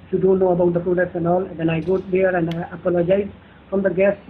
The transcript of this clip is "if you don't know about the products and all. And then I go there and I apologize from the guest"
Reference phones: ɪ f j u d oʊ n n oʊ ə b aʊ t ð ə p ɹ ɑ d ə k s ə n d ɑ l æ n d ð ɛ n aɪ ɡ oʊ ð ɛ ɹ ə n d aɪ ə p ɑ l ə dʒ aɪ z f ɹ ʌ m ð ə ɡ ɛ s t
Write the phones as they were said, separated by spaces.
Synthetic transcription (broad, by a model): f j u d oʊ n n oʊ ə b aʊ t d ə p ɹ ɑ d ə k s ə n d ɑ l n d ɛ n aɪ ɡ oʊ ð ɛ ɹ ə n d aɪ ə p ɑ l ə dʒ aɪ z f ɹ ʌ m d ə ɡ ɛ s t